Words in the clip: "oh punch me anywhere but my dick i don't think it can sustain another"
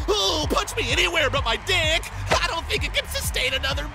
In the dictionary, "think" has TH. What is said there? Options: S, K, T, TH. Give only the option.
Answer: TH